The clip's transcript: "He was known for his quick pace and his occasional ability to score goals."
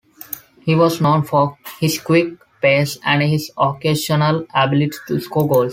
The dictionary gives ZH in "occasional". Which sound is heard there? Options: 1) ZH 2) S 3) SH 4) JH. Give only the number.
3